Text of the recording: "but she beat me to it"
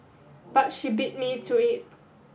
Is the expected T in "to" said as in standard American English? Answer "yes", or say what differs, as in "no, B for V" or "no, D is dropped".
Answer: no, S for T